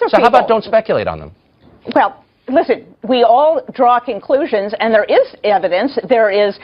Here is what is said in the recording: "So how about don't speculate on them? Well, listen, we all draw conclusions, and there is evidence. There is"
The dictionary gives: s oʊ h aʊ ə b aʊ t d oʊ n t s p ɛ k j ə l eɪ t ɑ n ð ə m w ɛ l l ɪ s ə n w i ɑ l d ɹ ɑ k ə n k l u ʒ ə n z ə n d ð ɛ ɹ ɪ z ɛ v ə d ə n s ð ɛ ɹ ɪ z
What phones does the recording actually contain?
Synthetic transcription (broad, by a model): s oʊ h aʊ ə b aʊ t d oʊ n t s p ɛ k j l eɪ t n ð ə m w ɛ l l ɪ s ə n w i ɑ l d ɹ ɑ k ə n k l u ʒ ə n z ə n ð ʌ ɹ ɪ z ɛ v ə d ə n s ð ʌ ɹ ɪ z